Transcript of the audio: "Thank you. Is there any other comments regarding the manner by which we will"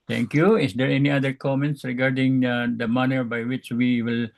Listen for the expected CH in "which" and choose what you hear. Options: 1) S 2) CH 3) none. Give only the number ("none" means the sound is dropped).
2